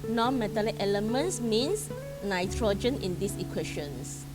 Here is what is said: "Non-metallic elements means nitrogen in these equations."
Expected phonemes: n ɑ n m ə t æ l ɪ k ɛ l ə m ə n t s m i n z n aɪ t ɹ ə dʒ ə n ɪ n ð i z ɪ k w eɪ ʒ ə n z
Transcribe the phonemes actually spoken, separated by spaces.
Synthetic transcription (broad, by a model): n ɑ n m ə t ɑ l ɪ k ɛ l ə m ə n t s m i n s n aɪ t ɹ ə dʒ ə n ɪ n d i s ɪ k w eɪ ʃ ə n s